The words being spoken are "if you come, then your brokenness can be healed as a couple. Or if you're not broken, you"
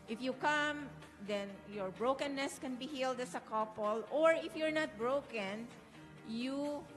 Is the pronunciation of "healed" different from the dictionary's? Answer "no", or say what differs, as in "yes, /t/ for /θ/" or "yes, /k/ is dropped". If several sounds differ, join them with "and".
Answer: no